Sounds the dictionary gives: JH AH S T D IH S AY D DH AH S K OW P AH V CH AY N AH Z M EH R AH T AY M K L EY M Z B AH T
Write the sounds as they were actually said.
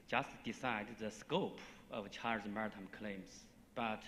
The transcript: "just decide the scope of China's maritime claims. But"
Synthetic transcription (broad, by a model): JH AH S T D IH S AY D DH AH S K OW P AH V CH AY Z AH M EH R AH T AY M K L EY M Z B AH T